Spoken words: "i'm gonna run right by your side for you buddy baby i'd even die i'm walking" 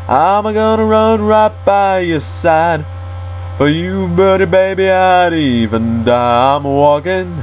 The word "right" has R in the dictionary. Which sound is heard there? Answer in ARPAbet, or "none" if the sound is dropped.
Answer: R